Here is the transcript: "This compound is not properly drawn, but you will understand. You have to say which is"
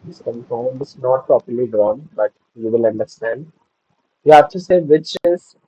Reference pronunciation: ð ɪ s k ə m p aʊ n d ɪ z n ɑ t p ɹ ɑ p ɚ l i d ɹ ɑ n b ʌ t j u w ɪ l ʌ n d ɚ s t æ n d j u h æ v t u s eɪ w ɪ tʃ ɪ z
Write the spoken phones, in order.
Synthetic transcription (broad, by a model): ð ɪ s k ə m f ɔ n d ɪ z n ɑ t p ɹ ɑ p ɚ l i d ɹ ɑ n b ʌ t j u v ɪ l ʌ n d ɚ s t æ n d j u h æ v t u s eɪ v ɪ tʃ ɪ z